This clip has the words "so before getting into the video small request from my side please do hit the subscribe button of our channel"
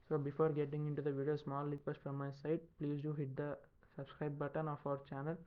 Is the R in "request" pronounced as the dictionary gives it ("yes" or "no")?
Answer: no